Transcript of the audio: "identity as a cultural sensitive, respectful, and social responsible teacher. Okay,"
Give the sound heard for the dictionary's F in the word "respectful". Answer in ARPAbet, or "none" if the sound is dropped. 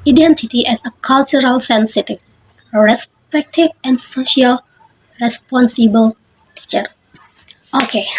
none